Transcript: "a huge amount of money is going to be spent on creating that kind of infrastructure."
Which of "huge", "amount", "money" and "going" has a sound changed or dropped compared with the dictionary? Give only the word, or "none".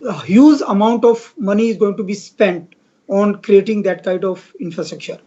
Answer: huge